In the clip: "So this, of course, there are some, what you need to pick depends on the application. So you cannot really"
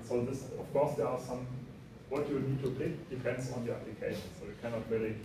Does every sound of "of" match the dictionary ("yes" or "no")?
no